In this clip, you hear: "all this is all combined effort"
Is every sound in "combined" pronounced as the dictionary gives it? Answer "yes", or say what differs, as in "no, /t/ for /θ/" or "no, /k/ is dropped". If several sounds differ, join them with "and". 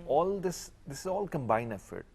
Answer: no, /d/ is dropped